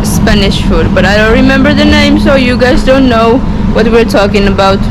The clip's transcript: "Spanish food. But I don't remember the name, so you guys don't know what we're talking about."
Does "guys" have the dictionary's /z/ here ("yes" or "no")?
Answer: yes